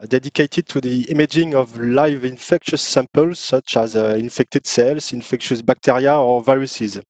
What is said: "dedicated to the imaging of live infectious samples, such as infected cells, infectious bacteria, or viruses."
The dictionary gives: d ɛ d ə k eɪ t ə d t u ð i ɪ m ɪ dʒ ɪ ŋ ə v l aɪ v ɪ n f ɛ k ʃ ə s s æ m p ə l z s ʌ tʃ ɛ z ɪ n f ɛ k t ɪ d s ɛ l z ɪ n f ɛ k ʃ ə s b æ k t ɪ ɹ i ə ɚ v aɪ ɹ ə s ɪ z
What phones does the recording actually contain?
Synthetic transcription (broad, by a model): d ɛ d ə k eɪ t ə d t u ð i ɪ m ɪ dʒ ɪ ŋ ə v l aɪ v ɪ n f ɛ k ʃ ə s s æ m p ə l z s ʌ tʃ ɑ z ɪ n f ɛ k t ɪ d s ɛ l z ɪ n f ɛ k ʃ ə s b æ k t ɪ ɹ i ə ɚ v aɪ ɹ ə s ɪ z